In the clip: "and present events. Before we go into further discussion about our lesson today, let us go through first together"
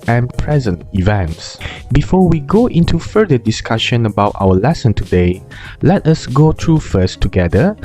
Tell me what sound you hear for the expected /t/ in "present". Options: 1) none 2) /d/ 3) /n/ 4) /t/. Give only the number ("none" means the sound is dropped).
4